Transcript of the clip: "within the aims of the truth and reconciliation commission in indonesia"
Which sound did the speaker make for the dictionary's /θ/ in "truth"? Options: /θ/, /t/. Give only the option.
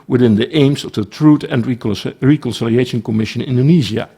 /t/